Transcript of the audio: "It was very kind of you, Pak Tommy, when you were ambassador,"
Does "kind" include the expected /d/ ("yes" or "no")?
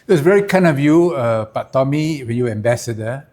no